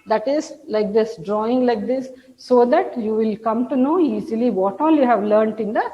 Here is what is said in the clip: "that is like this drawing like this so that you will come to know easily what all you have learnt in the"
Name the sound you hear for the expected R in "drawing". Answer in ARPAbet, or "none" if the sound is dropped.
R